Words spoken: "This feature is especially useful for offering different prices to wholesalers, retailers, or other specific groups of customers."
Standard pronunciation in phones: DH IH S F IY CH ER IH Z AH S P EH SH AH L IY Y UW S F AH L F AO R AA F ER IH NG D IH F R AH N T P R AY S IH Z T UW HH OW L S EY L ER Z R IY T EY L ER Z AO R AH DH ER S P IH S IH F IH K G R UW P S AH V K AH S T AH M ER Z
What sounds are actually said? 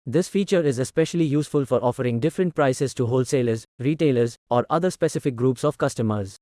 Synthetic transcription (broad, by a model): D IH S F IY CH ER IH Z AH S P EH SH AH L IY Y UW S F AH L F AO R AA F ER IH NG D IH F R AH N T P R AY S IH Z T UW HH OW L S EY L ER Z R IY T EY L ER Z AO R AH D ER S P IH S IH F IH K G R UW P S AH V K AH S T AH M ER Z